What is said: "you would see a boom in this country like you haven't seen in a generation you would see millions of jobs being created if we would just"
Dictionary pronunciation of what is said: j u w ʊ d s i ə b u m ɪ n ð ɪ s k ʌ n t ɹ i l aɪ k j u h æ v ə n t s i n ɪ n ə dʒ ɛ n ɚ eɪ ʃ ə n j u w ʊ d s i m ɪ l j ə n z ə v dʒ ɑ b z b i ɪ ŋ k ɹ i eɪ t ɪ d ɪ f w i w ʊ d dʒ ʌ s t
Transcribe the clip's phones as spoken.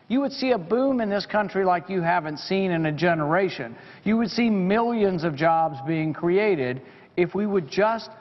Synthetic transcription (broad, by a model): j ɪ w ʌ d s i ə b u m ɪ n ð ɪ s k ʌ n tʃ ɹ i l aɪ k j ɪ h æ v ə n t s i n ɪ n ə dʒ ɛ n ɚ eɪ ʃ ə n j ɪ w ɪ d s i m ɪ l j ə n z ə v dʒ ɑ b z b i ɪ ŋ k ɹ i eɪ t ɪ d ɪ f w i w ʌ d dʒ ʌ s t